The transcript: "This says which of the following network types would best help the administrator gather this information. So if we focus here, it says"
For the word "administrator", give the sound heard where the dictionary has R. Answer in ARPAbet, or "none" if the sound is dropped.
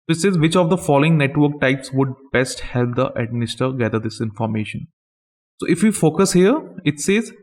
none